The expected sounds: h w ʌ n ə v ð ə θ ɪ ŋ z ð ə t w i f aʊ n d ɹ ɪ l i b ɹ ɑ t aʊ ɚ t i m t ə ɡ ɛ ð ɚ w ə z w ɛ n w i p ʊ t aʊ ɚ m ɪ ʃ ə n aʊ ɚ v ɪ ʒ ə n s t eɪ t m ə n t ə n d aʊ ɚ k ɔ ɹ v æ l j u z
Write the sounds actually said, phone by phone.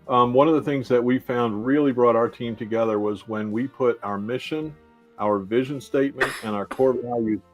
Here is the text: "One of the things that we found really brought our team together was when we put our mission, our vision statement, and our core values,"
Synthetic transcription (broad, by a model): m w ʌ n ə v ð ə θ ɪ ŋ z ð ə t w i f aʊ n d ɹ ɪ l i b ɹ ɑ t aʊ ɚ t i m t ə ɡ ɛ ð ɚ w ə z w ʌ n w i p ʊ t aʊ ɚ m ɪ ʃ ə n aʊ ɚ v ɪ ʒ ə n s t eɪ t m ə n t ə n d aʊ ɚ k ɔ ɹ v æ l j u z